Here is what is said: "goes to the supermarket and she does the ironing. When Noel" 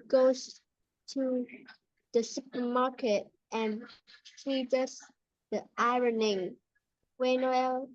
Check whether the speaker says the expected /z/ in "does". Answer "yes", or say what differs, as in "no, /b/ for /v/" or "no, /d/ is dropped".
no, /s/ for /z/